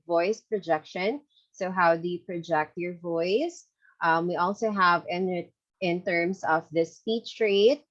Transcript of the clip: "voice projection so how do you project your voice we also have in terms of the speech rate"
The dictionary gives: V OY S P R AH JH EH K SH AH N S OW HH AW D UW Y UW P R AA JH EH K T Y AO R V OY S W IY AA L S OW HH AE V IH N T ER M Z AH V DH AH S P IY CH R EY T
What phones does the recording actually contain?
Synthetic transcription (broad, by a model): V OY S P R AH JH EH K SH AH N S OW HH AW D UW Y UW P R AA JH EH K T Y AO R V OY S W IY AA L S OW HH AE V IH N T ER M S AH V DH AH S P IY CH R EY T